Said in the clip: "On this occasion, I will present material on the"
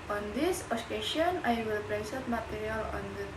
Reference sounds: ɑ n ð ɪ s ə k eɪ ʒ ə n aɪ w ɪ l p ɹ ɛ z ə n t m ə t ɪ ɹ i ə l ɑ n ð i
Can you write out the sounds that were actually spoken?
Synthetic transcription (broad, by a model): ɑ n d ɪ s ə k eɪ ʃ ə n aɪ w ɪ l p ɹ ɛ s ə t m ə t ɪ ɹ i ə l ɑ n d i